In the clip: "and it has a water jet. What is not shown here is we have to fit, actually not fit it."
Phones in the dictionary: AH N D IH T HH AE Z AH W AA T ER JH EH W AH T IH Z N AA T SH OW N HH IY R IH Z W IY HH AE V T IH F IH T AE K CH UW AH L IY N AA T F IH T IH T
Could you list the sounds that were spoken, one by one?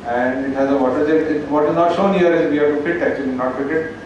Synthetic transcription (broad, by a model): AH N D IH T HH AE Z AH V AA T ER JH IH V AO T IH Z N AA T SH OW N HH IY R IH Z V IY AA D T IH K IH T AE K CH UW AH L IY N AA T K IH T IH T